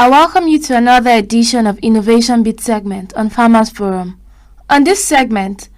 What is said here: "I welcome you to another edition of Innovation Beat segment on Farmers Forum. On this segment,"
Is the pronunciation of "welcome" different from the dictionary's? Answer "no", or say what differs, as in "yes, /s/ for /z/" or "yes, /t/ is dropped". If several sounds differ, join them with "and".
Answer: no